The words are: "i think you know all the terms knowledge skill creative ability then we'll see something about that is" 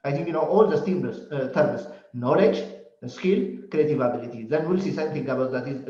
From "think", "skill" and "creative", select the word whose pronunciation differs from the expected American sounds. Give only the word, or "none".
think